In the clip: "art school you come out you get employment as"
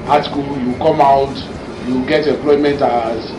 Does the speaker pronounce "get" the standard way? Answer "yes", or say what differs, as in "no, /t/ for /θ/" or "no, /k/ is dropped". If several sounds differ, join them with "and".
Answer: yes